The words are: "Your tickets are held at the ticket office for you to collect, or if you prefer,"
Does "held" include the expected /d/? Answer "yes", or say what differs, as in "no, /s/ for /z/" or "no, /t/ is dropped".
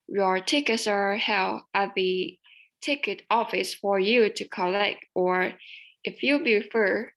no, /d/ is dropped